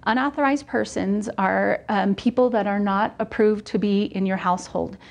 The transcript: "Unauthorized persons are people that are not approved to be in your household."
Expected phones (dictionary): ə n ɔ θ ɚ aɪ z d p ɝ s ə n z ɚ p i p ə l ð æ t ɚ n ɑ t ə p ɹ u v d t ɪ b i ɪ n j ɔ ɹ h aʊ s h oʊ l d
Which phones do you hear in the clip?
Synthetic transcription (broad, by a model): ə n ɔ θ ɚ aɪ z d p ɝ s ə n z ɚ p i p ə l ð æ t ɚ n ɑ t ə p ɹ u v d t ɪ b i ɪ n j ɔ ɹ h aʊ s h oʊ l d